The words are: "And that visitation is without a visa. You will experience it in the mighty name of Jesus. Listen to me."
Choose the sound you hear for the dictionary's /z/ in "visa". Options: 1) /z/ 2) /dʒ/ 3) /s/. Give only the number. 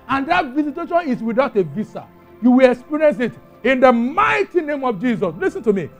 3